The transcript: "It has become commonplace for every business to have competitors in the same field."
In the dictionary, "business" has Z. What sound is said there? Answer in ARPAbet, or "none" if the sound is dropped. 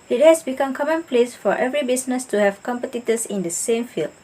S